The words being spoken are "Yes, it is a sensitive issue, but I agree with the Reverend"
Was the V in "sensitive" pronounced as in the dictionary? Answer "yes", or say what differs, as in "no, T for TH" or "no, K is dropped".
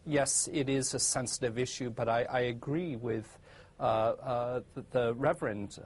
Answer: yes